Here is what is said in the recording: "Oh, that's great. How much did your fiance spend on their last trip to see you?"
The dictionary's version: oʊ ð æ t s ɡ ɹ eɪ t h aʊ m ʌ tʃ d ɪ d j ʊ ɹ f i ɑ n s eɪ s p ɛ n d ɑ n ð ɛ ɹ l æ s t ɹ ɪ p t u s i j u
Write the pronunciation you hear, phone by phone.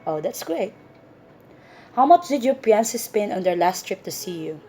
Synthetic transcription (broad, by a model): oʊ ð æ t s ɡ ɹ eɪ t h aʊ m ʌ tʃ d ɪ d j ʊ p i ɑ n s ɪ s p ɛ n ɑ n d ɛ ɹ l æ s t ɹ ɪ p t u s i j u